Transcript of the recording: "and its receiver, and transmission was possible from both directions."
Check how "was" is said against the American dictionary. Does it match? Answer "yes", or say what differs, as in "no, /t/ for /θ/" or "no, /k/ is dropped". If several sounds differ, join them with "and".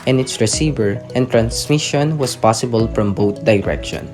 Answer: no, /s/ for /z/